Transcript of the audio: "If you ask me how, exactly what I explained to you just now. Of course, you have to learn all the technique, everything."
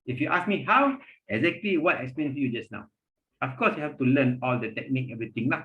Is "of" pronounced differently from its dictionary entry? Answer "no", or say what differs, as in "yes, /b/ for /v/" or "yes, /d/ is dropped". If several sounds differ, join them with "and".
yes, /f/ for /v/